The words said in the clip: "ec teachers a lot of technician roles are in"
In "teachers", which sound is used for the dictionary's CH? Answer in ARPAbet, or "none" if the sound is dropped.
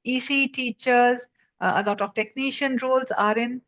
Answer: CH